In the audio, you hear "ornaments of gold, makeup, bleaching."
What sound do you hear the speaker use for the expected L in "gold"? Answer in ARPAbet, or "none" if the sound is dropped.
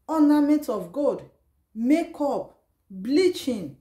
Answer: none